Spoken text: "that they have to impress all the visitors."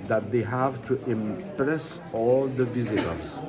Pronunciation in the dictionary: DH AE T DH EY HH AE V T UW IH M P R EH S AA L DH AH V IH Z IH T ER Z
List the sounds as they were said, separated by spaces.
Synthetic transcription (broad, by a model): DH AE T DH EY HH AE V T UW IH M P R EH S AA L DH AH V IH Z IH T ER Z